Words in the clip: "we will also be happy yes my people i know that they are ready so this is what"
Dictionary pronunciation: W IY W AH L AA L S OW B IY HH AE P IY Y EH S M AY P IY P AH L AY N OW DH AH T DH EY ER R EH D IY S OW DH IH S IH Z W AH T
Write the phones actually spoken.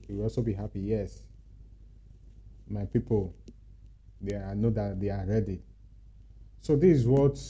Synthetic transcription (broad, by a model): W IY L AA L S OW B IY HH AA P IY Y EH S M AY P IY P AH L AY N OW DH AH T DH EY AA R EH D IY S OW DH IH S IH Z W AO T